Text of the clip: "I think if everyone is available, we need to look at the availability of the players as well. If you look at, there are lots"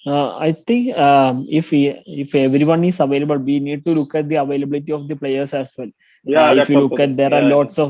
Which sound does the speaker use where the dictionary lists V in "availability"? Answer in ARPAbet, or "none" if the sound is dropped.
V